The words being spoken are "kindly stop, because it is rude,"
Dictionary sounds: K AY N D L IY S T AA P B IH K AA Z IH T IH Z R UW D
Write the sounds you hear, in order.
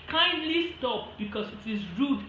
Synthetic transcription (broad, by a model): K AY N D L IY S T AA P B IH K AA S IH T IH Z R UW D